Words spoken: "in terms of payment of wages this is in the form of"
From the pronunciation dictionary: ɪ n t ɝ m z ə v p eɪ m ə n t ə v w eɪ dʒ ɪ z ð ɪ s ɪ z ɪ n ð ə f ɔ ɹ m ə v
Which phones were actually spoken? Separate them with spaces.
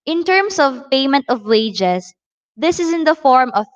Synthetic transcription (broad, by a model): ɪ n t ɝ m s ə v p eɪ m ə n t ə v w eɪ dʒ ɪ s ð ɪ s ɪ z ɪ n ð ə f ɔ ɹ m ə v